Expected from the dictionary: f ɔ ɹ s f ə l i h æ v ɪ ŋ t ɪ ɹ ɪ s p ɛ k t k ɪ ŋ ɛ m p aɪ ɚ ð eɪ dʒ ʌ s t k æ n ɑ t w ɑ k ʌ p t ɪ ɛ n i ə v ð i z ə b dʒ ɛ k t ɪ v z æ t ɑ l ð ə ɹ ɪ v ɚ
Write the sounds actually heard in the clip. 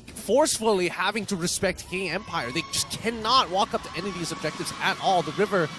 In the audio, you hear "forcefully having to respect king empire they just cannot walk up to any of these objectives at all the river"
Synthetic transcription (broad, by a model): f ɔ ɹ s f l i h æ v ɪ ŋ t ɪ ɹ ɪ s p ɛ k t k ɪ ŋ ɛ m p aɪ ɚ ð eɪ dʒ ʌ s k æ n ɑ t w ɑ k ʌ p t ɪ ɛ n i ə v ð i z ə b dʒ ɛ k t ɪ v z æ t ɑ l ð ə ɹ ɪ v ɚ